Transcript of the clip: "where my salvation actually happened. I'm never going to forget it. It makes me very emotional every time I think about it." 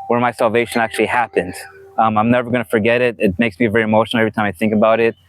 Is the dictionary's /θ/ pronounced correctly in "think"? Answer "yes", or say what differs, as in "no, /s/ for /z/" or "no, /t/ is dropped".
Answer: yes